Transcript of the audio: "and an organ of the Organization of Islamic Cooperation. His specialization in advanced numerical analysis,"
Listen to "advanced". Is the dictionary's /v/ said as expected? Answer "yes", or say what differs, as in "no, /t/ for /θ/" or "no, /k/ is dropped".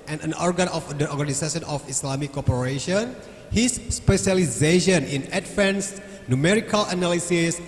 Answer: no, /f/ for /v/